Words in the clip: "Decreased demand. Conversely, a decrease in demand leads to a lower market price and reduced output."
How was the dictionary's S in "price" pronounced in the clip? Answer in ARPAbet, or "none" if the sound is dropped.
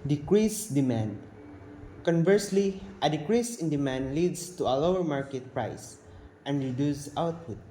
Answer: S